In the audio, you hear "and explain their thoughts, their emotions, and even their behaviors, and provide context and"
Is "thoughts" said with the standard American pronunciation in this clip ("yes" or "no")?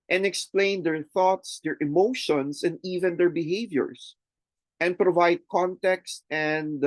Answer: yes